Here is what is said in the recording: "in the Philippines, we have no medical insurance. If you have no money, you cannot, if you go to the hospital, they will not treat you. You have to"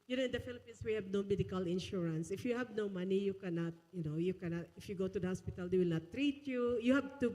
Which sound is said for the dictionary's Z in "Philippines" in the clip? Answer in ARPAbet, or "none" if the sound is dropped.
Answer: S